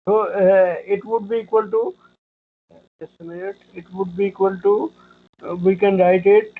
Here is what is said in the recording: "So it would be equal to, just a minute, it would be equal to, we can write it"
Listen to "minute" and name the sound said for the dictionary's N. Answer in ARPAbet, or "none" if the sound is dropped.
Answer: none